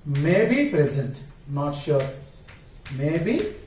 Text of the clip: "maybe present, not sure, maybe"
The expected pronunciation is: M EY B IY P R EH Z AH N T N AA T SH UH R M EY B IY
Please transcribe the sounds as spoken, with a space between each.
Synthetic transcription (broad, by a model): M EY B IY P R EH Z AH N T N AA T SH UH R M EY B IY